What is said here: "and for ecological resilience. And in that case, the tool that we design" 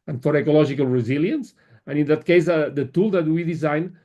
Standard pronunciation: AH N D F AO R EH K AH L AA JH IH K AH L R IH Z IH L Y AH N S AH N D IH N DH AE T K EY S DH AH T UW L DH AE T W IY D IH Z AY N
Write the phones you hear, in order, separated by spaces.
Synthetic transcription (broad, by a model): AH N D F AO R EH K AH L AA ZH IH K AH L R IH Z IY L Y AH N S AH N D IH N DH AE T K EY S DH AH T UW L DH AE T W IY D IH Z AY N